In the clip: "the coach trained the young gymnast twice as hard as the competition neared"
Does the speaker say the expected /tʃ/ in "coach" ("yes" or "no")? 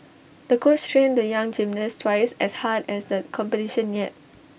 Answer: no